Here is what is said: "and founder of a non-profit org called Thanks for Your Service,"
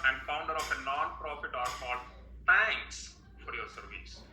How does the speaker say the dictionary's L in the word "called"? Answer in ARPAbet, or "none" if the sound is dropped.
none